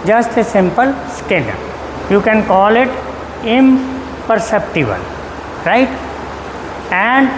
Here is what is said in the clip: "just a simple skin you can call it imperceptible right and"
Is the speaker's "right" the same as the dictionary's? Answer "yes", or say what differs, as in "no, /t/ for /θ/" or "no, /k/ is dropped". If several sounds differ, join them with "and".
yes